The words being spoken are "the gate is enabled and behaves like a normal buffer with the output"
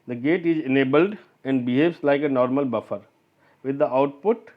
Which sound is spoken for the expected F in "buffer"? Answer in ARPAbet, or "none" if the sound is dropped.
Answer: F